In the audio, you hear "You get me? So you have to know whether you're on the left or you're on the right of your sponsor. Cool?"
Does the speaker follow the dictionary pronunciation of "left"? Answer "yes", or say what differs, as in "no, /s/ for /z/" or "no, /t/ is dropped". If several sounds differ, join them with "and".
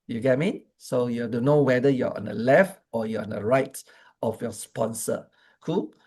yes